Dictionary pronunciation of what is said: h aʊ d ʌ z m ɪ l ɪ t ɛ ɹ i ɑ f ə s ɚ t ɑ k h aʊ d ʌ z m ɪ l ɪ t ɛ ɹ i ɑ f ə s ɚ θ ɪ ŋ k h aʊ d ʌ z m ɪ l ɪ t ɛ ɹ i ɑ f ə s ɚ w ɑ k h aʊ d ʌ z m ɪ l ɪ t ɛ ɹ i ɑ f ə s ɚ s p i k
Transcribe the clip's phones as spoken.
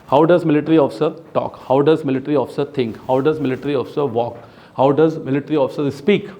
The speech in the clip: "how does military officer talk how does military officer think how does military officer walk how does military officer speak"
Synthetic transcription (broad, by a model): h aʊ d ʌ z m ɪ l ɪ t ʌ ɹ i ɑ f ə s ɚ t ɑ k h aʊ d ʌ z m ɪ l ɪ t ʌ ɹ i ɑ f ə s ɚ t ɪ ŋ k h aʊ d ʌ z m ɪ l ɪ t ɹ i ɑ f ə s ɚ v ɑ k h aʊ d ʌ z m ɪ l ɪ t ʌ ɹ i ɑ f ə s ɚ s p i k